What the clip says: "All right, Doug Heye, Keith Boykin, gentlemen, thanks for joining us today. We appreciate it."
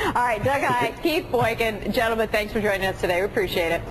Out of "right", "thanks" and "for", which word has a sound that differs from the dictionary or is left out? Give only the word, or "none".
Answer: none